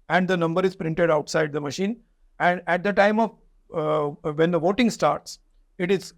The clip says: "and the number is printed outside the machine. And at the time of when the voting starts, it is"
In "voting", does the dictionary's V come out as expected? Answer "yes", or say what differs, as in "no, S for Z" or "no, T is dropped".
yes